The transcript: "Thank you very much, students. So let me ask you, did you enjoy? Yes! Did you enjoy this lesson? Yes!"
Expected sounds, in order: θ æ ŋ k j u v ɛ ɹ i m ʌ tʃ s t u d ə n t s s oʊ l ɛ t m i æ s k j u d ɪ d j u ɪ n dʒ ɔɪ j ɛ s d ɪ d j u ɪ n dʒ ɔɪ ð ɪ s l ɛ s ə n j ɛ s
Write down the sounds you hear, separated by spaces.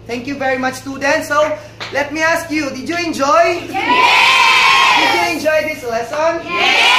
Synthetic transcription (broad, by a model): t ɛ ŋ k j u v ɛ ɹ i m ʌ tʃ t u d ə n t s s oʊ l ɛ t m i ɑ s k j u d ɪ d j u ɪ n dʒ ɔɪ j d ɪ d j u ɪ n dʒ ɔɪ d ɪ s l ɛ s ə n